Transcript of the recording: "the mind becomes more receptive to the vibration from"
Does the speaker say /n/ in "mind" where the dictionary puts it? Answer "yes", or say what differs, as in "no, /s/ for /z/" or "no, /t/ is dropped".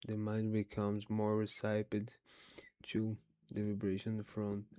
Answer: yes